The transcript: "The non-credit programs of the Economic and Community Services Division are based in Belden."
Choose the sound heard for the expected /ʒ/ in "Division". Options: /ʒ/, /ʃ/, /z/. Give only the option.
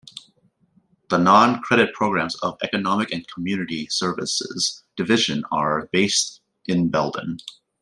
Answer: /ʒ/